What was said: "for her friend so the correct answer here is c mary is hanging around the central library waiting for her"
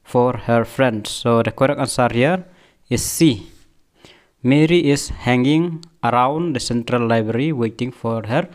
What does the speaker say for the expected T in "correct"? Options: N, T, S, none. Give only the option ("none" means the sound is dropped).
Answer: none